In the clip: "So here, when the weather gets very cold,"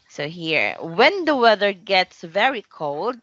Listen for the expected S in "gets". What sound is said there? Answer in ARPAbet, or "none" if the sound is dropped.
S